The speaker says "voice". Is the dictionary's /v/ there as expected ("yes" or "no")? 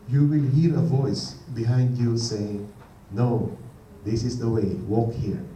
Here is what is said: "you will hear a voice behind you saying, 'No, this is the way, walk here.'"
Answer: yes